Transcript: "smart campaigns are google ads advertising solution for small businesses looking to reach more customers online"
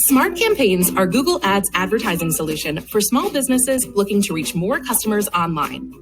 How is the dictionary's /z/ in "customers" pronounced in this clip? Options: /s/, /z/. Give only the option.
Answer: /z/